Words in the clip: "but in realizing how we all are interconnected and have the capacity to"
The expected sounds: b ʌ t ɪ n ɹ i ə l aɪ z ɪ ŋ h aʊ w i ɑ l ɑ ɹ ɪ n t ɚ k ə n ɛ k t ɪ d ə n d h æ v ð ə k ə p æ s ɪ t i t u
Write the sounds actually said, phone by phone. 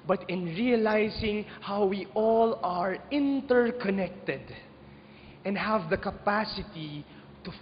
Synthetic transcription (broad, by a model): b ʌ t ɪ n ɹ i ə l aɪ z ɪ ŋ h aʊ w i ɑ l ɑ ɹ ɪ n t ɚ k ə n ɛ k t ɪ d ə n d h æ v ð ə k ə p æ s ɪ t i t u